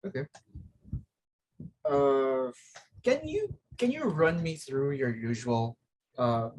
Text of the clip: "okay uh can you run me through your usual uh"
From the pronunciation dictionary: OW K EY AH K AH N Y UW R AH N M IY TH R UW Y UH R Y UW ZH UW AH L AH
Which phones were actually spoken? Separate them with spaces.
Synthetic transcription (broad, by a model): OW K EY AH K AH N Y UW R AH N M IY TH R UW Y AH R Y UW ZH UW AH L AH